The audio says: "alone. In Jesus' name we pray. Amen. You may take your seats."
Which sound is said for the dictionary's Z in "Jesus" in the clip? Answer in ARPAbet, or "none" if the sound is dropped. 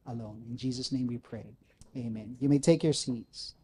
Z